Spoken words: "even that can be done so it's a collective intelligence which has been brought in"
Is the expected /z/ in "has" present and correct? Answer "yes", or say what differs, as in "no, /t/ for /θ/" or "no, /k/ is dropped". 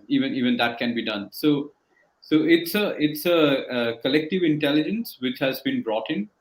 yes